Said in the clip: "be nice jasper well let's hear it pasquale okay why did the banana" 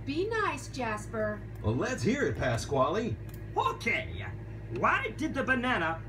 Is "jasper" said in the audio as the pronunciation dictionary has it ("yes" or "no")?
yes